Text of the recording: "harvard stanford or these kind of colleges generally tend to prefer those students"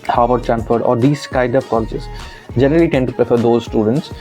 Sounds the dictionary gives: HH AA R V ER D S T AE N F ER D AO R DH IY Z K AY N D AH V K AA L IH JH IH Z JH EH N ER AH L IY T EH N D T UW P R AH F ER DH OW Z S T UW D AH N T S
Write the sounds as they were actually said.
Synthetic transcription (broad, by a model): HH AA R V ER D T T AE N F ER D AO R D IY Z K AY D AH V K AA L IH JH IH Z JH EH N ER AH L IY T EH N D T UW P R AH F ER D OW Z S T UW D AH N T S